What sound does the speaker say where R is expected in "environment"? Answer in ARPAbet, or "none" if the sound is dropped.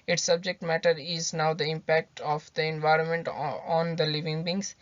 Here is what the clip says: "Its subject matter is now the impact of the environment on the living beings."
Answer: R